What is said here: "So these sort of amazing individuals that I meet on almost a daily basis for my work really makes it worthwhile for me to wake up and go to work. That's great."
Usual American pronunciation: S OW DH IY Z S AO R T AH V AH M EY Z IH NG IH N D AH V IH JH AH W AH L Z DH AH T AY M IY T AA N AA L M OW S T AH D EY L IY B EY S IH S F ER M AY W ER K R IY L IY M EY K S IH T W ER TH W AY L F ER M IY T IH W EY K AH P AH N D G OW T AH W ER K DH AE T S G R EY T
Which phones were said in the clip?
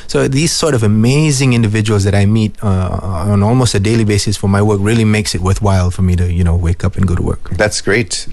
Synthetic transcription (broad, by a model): S OW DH IY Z S AO R T AH V AH M EY Z IH NG IH N D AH V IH JH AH W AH L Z DH AH T AY M IY T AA N AA L M OW S T AH D EY L IY B EY S IH S F ER M AY W ER K R IY L IY M EY K S IH T W ER TH W AY L F ER M IY T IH W EY K AH P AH N G OW T AH W ER K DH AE T S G R EY T